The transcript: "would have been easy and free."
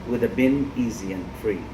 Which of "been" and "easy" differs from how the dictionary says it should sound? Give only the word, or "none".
none